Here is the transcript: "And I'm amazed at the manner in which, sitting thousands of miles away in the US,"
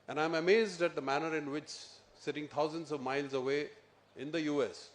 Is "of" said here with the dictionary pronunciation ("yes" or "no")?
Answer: yes